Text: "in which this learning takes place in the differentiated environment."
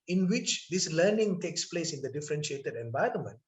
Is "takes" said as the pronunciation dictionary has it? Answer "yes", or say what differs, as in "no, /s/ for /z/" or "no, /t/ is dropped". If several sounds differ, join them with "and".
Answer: yes